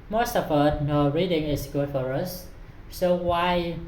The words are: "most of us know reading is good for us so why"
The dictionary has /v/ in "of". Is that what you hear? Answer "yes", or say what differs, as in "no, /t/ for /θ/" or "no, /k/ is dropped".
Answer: no, /f/ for /v/